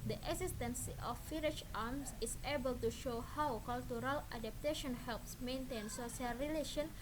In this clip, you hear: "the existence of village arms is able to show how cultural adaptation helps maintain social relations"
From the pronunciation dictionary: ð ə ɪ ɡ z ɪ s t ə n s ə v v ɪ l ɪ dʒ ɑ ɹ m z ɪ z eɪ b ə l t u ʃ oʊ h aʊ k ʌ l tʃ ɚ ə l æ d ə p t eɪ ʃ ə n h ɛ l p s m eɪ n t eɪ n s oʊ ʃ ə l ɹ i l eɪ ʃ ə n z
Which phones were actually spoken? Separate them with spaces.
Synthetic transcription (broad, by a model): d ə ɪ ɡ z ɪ s t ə n s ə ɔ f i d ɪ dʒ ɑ m s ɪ s eɪ b ə l t u ʃ oʊ h aʊ k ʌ l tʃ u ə l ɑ d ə p t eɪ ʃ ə n h ɛ l p s m eɪ n t eɪ n s oʊ s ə l ɹ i l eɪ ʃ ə n